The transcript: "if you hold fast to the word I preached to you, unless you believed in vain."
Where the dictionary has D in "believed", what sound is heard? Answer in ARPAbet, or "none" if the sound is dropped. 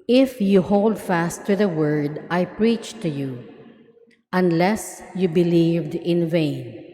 D